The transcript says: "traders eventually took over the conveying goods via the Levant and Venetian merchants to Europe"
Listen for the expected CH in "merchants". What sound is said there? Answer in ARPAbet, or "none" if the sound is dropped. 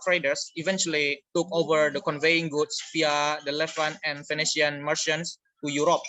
SH